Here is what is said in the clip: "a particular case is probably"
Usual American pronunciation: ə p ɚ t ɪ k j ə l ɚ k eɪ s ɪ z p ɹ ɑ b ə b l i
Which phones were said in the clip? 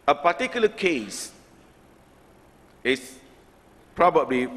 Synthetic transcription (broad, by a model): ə p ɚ t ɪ k j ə l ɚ k eɪ s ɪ s p ɹ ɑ b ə b l i